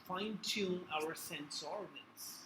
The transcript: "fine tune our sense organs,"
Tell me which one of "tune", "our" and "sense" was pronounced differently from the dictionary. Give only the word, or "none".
tune